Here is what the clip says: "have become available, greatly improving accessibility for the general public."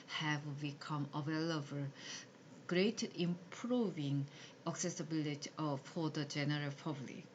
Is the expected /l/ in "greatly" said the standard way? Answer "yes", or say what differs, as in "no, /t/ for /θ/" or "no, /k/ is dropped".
no, /l/ is dropped